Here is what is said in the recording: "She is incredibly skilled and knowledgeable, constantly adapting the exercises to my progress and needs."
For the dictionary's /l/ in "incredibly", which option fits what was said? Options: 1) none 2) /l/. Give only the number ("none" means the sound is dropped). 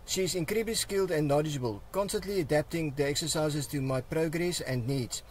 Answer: 1